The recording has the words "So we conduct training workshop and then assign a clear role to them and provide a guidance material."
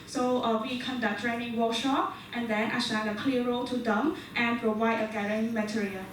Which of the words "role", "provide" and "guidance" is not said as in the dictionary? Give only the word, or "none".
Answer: guidance